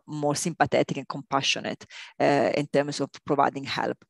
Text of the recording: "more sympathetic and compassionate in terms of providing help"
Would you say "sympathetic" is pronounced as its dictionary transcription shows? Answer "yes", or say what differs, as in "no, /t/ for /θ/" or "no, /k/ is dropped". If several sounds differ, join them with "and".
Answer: no, /t/ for /θ/